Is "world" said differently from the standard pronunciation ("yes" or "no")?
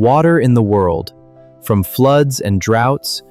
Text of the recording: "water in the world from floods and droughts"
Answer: no